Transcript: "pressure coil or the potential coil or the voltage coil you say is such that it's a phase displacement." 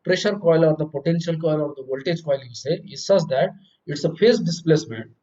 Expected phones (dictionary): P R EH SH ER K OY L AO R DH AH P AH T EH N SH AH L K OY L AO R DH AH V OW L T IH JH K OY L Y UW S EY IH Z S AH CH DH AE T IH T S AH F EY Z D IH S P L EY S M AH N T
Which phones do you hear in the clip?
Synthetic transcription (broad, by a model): P R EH SH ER K OY L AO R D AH P AH T EH N SH AH L K OY L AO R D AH V OW L T IH JH K OY L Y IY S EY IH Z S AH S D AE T IH T S AH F EY S D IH S P L EY S M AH N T